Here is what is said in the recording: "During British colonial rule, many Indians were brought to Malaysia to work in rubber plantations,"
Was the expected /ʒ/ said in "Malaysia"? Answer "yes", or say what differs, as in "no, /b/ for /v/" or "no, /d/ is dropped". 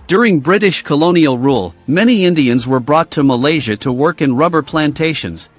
yes